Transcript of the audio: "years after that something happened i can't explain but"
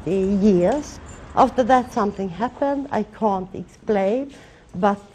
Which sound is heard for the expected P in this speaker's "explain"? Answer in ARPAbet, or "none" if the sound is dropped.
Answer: P